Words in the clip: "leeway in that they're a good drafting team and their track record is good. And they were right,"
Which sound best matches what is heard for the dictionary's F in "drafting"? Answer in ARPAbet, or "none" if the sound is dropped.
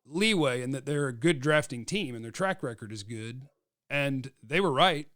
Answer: F